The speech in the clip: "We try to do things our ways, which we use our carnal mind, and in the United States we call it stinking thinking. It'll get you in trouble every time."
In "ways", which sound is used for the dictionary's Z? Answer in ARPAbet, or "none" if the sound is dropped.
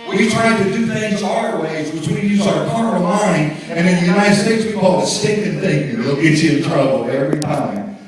Z